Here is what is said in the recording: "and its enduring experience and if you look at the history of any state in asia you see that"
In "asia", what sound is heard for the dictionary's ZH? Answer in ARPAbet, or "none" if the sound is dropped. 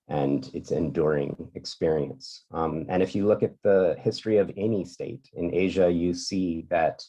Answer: ZH